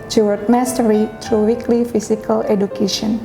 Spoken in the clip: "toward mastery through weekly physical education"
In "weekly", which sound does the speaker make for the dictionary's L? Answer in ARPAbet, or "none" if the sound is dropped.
L